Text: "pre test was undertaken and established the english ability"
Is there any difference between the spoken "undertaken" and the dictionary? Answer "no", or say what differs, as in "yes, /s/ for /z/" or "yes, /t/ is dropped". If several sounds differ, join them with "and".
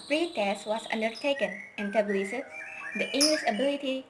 no